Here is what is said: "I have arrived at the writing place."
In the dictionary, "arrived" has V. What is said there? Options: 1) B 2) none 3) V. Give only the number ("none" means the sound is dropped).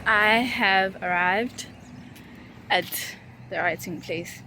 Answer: 3